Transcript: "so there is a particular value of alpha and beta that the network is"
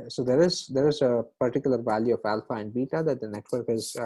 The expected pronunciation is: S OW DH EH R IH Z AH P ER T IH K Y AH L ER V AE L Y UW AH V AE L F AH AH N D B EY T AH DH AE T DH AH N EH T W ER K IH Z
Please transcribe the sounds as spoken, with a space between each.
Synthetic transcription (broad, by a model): S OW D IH R IH Z AH P ER T IH K Y AH L ER V AE L Y UW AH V AE L F AH AH N D B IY T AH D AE T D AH N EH T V ER K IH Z